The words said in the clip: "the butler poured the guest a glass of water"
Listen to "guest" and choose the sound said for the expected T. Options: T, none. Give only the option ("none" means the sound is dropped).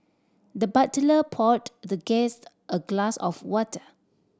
T